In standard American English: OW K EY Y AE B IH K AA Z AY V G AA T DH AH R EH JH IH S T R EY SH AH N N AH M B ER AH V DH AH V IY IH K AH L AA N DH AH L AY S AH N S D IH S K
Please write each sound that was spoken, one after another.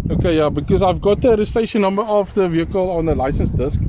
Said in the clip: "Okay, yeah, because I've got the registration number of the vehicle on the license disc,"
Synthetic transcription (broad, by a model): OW K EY Y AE B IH K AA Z AY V G AA T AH R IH S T EY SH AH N N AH M B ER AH F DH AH V IY IH K AH L AA N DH AH L AY S AH N S D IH S K